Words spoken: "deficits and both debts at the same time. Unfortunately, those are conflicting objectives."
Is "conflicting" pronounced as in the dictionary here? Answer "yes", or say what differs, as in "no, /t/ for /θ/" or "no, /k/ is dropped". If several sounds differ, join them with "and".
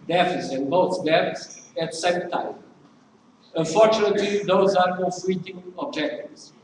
no, /n/ is dropped and /k/ is dropped